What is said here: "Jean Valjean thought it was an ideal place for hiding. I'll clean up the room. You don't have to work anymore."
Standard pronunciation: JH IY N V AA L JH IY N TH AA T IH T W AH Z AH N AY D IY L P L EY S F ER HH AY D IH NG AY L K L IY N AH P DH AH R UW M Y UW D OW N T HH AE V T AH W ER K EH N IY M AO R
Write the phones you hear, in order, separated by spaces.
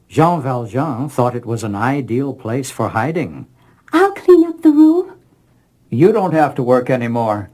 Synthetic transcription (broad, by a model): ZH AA V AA L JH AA TH AA T IH T W AH Z AH N AY D IY L P L EY S F ER HH AY D IH NG AY L K L IY N AH P DH AH R UW M Y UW D OW N T HH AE F T AH W ER K EH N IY M AO R